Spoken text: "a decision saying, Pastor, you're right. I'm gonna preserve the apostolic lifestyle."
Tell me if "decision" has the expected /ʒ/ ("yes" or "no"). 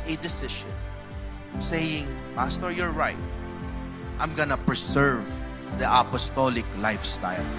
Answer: no